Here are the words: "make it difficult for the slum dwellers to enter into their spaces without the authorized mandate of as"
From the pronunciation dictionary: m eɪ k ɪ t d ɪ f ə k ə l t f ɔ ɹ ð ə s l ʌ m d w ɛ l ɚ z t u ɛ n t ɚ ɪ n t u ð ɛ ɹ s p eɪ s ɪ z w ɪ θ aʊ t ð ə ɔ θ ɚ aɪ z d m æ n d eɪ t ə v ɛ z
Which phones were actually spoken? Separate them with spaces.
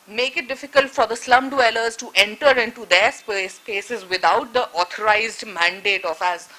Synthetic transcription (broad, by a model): m eɪ k ɪ t d ɪ f ə k ə l t f ɔ ɹ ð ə s l ʌ m d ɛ l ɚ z t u ɛ n t ɚ ɪ n t u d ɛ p s p eɪ s ɪ z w ɪ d aʊ t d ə ɔ t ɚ aɪ z d m æ n d eɪ t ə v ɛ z